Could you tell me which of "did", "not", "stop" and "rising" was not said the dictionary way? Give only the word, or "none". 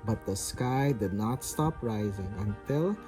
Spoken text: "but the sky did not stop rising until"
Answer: none